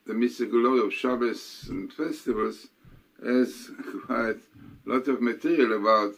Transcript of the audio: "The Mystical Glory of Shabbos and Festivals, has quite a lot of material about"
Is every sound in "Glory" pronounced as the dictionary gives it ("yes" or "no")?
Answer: no